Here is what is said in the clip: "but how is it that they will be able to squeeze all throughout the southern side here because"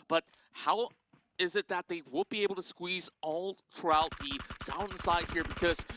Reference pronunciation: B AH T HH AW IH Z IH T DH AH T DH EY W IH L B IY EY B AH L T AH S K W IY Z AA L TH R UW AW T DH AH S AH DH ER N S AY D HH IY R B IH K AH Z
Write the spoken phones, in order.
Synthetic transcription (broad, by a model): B AH T HH AW IH Z IH T DH AH T DH EY W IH B IY EY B L T AH S K W IY Z AA L TH R UW AW T DH AH S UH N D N S AY D HH IY R B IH K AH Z